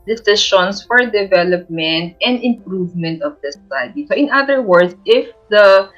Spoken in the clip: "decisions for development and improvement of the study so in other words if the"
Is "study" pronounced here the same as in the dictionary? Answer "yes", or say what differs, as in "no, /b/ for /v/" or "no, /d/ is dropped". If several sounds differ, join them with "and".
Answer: no, /s/ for /t/